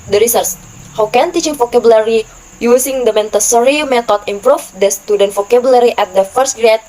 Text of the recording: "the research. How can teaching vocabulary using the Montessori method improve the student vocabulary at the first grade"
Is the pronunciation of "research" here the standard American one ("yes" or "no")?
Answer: no